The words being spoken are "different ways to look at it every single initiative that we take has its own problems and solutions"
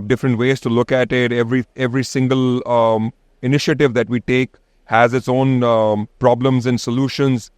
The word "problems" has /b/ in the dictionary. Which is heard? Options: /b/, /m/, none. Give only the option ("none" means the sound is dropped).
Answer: /b/